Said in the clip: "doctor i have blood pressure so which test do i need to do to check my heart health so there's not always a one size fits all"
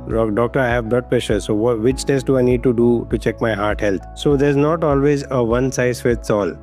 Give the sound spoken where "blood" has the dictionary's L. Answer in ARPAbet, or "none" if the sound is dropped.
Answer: none